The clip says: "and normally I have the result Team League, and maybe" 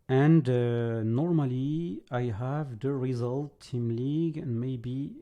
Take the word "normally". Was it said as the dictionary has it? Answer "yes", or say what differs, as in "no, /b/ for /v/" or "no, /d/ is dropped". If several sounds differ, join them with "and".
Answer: yes